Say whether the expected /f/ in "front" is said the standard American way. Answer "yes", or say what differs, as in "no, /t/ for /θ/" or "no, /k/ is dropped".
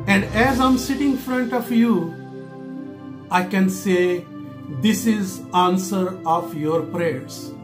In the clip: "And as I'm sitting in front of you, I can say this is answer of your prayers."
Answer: yes